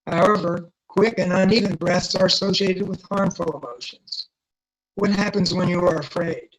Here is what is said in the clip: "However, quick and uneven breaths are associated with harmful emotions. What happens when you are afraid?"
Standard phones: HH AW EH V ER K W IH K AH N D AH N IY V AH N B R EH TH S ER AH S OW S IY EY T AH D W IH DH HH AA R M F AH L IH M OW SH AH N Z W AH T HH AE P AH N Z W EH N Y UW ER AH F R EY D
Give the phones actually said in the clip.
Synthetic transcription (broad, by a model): HH AW EH V ER K W IH K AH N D AH N IY V AH N B R EH TH S ER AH S OW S IY EY T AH D W IH DH HH AA R M F AH L IH M OW SH AH N Z W AH T HH AE P AH N Z W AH N Y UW ER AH F R EY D